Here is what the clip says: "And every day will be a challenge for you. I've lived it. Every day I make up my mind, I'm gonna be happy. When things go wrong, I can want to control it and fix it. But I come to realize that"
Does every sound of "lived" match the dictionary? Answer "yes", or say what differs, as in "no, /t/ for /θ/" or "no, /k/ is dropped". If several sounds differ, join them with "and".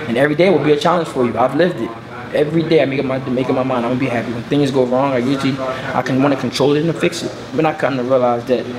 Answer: yes